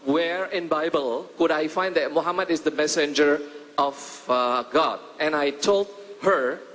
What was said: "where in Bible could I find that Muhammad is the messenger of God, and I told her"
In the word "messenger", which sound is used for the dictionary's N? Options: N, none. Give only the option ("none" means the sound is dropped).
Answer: N